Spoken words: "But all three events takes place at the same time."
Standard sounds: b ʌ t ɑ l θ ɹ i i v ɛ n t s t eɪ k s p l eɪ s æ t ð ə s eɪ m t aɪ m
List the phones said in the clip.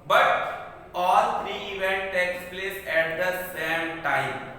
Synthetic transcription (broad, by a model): b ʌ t ɑ l t ɹ i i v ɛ n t t eɪ k s p l eɪ s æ t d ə s eɪ m t aɪ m